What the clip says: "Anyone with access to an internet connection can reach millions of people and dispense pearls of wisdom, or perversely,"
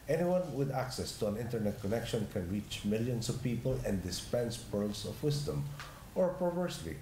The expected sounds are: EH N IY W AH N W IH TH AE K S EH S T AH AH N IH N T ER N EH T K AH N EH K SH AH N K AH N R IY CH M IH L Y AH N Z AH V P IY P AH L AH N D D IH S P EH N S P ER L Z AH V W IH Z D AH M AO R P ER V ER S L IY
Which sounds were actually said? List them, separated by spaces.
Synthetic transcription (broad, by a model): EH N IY W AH N W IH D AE K S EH S T AH AH N IH N T ER N EH T K AH N EH K SH AH N K AH N R IY CH M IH L Y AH N S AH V P IY P AH L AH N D D IH S P EH N S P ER L S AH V W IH S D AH M AO R P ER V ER S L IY